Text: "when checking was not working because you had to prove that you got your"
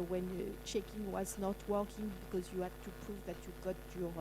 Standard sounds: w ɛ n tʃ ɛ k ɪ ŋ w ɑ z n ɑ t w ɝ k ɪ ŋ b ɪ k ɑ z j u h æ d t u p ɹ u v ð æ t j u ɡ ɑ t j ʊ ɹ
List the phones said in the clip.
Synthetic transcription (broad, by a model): w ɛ n tʃ ɛ k ɪ ŋ w ɑ z n ɑ t w ɝ k ɪ ŋ b ɪ k ɑ z j u h æ d t u p ɹ u v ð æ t j u ɡ ɑ t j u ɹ